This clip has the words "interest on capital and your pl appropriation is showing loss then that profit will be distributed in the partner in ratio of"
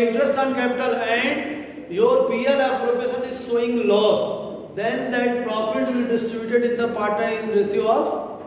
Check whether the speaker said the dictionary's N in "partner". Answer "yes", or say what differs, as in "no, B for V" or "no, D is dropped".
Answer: no, N is dropped